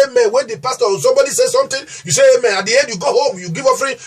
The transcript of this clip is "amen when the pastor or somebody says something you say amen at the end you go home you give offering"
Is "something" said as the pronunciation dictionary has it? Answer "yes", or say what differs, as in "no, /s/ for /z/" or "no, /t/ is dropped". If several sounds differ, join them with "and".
no, /t/ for /θ/